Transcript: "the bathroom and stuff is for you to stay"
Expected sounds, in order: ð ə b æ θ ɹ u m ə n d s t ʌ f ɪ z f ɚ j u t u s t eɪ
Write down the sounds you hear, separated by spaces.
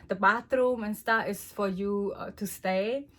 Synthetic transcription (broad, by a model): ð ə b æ t ɹ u m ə n s t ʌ ɪ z f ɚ j u t u s t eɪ